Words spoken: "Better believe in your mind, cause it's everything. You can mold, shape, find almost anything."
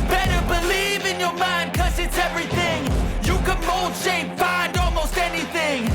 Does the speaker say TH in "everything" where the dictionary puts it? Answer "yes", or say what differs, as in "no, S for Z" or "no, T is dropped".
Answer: yes